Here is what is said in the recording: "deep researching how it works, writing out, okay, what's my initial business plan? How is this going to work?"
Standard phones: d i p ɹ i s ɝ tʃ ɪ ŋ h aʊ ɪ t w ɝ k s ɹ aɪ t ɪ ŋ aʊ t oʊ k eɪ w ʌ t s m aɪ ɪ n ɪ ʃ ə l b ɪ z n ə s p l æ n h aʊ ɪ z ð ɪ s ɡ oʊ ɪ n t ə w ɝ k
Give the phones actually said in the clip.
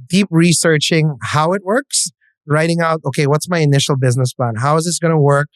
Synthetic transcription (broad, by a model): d i p ɹ i s ɝ tʃ ɪ ŋ h aʊ ɪ t w ɝ k s ɹ aɪ t ɪ ŋ aʊ t oʊ k eɪ w ʌ t s m aɪ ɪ n ɪ ʃ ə l b ɪ z n ə s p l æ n h aʊ ɪ z ð ɪ s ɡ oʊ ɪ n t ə w ɝ k